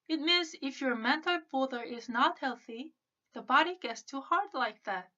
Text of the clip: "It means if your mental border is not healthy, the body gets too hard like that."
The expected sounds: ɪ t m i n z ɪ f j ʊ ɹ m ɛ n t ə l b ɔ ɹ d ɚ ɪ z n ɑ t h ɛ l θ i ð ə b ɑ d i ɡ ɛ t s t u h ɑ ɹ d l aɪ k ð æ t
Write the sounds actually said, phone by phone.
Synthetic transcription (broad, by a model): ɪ t m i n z ɪ f j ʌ ɹ m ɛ n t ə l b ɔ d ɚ ɪ z n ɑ t h ɛ l θ i ð ə b ɑ d i ɡ ɛ t s t u h ɑ ɹ d l aɪ k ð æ t